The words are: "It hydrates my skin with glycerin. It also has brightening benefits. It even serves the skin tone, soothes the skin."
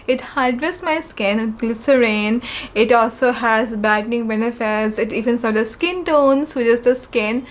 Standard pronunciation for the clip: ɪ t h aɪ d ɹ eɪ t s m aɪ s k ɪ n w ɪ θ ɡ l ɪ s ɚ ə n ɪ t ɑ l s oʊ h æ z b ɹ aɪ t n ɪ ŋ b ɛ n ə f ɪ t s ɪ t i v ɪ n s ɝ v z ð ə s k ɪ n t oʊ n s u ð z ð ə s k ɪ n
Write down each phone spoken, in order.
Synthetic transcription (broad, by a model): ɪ t h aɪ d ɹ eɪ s m aɪ s k ɪ n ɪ ɡ l ɪ s ɚ ə n ɪ t ɑ l s oʊ h æ z b aɪ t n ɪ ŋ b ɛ n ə f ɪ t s ɪ t i v ɪ n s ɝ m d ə s k ɪ n t oʊ n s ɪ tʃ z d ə s k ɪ n